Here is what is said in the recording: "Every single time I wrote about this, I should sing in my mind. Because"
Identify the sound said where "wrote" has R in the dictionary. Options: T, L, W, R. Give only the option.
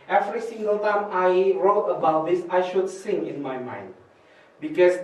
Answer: R